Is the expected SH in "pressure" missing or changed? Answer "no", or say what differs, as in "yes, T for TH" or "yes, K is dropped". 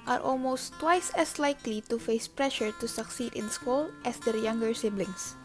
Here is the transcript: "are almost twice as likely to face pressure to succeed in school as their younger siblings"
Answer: no